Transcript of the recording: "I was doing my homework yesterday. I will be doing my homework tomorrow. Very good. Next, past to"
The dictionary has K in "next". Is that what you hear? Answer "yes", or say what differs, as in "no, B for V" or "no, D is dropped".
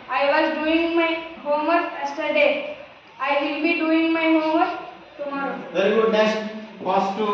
no, K is dropped